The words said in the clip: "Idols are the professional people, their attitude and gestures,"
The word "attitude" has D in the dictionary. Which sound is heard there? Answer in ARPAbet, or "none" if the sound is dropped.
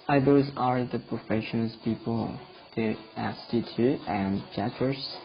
none